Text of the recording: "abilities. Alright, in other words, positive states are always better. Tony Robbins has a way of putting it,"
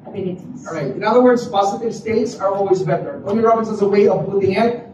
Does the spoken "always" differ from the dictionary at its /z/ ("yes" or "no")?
no